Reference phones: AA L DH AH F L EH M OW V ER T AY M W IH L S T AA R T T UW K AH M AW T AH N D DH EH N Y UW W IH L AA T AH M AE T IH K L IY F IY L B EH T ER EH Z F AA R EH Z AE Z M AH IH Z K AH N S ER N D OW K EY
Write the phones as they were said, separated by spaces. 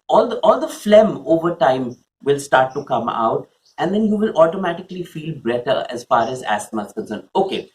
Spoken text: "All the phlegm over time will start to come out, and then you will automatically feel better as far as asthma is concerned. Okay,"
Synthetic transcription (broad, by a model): AA L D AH F L EH M OW V ER T AY M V IH L S T AA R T T UW K AH M AW T AH N D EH N Y UW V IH L AA T AH M AE T IH K L IY F IY L B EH T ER EH Z F AA R EH Z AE S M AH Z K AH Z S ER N OW K EY